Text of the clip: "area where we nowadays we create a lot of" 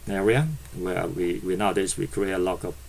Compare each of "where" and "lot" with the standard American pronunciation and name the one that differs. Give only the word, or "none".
where